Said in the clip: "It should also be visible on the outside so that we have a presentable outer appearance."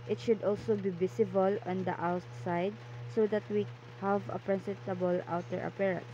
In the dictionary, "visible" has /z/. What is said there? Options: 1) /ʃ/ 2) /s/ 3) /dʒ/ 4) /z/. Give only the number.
2